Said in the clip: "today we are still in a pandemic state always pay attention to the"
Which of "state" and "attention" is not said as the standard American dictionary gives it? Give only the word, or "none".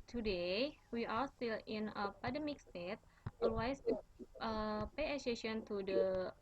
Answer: attention